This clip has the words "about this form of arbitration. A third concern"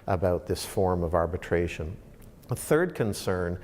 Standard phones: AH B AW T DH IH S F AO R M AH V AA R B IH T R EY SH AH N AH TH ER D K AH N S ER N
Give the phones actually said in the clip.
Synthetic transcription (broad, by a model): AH B AW T DH IH S F AO R M AH V AA R B IH T R EY SH AH N AH TH ER D K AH N S ER N